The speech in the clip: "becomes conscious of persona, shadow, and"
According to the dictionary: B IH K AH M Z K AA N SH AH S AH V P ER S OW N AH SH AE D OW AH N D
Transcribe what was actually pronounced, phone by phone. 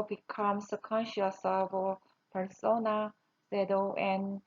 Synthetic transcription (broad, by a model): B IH K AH M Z K AA N SH AH S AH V P ER S OW N AH S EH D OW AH N